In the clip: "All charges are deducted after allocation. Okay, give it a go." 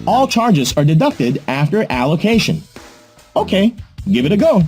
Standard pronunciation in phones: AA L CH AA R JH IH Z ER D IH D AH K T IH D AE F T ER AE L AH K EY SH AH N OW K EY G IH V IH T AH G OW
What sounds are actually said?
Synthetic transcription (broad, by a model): AA L CH AA R JH IH Z ER D IH D AH K T IH D AE F T ER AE L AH K EY SH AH N OW K EY G IH V IH T AH G OW